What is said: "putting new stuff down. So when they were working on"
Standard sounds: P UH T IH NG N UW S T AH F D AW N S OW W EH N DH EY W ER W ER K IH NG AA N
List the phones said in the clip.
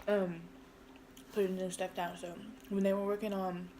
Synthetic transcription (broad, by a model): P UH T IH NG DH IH S T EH P D AW N S OW W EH N DH EY W ER W ER K IH NG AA N